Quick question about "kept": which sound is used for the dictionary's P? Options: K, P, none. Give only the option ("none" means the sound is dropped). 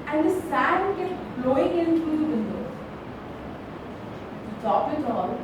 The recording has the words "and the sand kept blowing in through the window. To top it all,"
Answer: none